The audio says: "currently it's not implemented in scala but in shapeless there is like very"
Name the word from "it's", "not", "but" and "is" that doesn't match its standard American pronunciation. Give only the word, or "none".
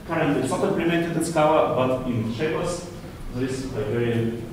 is